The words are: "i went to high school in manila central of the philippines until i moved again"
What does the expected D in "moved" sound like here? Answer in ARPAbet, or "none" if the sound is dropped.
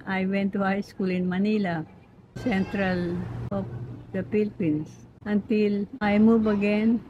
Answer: none